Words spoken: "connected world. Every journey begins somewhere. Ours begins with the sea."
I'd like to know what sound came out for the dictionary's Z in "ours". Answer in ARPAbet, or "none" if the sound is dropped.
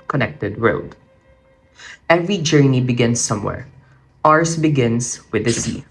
S